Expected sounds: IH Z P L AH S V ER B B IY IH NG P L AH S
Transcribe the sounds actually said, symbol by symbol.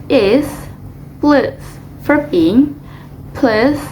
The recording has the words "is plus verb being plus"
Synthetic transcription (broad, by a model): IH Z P L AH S F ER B B IY IH NG P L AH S